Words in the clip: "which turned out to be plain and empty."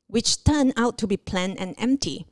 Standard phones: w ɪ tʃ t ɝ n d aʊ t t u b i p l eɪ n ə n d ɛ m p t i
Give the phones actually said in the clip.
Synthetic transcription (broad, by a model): w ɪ tʃ t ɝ n aʊ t t u b i p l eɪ n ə n ɛ m p t i